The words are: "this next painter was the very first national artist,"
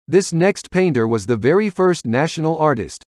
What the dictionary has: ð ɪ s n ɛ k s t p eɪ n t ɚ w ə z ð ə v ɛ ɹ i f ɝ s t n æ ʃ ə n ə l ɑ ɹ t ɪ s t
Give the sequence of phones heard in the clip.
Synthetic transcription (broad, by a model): ð ɪ s n ɛ k s t p eɪ n t ɚ w ə z ð ə v ɛ ɹ i f ɝ s t n æ ʃ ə n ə l ɑ ɹ t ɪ s t